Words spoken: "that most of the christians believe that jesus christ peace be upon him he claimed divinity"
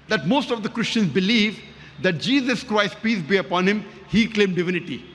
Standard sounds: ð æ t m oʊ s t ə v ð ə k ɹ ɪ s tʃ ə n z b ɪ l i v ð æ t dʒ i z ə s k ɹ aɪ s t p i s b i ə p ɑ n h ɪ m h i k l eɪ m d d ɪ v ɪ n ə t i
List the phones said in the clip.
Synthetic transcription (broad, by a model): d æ t m oʊ s t ə v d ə k ɹ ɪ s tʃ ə n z b ɪ l i v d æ t dʒ i z ə s k ɹ aɪ s t p i s b i ə p ɑ n h ɪ m h i k l eɪ m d d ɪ v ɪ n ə t i